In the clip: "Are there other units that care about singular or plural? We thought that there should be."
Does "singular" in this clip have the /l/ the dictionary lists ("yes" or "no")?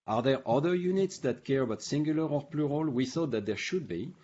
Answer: yes